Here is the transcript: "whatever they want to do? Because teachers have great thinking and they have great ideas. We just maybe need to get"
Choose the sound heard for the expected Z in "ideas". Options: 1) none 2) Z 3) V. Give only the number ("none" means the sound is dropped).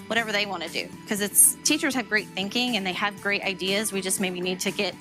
2